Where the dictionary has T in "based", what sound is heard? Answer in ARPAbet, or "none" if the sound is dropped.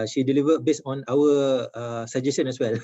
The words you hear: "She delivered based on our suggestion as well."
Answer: none